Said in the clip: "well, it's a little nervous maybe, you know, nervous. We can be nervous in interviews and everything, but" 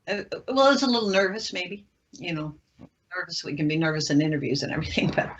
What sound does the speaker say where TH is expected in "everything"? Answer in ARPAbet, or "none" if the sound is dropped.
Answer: TH